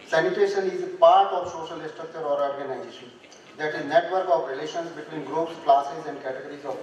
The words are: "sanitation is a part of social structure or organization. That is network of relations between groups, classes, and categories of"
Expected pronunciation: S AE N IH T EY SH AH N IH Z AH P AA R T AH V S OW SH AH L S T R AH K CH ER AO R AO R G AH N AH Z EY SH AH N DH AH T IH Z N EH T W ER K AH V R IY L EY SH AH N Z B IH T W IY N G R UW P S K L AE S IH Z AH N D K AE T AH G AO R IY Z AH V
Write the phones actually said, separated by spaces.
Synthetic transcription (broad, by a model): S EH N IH T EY SH AH N IH Z P AA R T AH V S OW SH AH L S T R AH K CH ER AO R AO R G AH N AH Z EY SH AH N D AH T IH Z N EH T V ER K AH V R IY L EY SH AH N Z B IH T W IY N G R UW P S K L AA S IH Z AH N D K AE T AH G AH R IY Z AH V